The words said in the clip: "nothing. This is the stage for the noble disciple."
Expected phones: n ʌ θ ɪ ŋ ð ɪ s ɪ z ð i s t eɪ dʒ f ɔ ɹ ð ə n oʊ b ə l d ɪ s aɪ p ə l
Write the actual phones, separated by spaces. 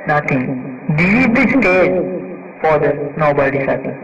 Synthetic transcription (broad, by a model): n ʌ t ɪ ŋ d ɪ ɪ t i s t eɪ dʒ f ɔ ɹ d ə n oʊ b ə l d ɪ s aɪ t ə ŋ